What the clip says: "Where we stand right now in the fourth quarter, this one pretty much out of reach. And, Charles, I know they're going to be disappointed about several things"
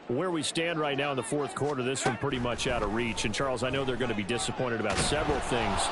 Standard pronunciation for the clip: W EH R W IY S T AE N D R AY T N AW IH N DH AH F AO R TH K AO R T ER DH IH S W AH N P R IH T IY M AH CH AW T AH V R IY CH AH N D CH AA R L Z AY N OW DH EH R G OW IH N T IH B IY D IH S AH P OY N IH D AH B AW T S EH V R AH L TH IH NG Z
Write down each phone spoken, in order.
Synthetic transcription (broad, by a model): W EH R W IY S T AE N D R AY T N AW IH N DH AH F AO R TH K AO R T ER DH IH S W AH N P R IH T IY M AH CH AW T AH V R IY CH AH N CH AA R L Z AY N OW DH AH R G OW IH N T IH B IY D IH S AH P OY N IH D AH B AW T S EH V R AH L TH IH NG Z